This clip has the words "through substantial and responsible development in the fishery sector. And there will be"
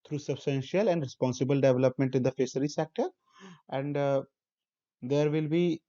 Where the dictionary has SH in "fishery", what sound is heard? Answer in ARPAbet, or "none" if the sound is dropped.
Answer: S